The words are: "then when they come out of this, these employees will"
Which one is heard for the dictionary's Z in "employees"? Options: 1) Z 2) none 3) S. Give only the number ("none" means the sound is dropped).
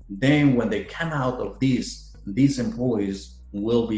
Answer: 1